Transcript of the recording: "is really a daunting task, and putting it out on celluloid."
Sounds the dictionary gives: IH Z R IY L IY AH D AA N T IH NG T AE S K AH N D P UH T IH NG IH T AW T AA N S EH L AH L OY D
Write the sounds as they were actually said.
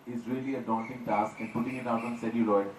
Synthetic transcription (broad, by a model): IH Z R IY L IY AH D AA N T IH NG T AE S K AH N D P UH T IH NG IH T AW T AA N S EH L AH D OY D